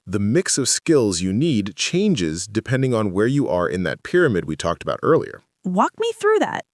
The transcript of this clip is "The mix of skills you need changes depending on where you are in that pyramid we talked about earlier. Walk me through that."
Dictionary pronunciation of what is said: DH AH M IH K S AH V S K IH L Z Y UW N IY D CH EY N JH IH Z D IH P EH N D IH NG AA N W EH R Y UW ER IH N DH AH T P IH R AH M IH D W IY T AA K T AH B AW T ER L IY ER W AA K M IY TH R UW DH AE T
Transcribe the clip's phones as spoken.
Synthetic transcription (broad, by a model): DH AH M IH K S AH V S K IH L Z Y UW N IY D CH EY N JH IH Z D IH P EH N D IH NG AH N W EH R Y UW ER IH N DH AH T P IH R AH M IH D W IY T AA K T AH B AW T ER L IY ER W AA K M IY TH R UW DH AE T